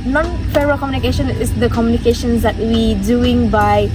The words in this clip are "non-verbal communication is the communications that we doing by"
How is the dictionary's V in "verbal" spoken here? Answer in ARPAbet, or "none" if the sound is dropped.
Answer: F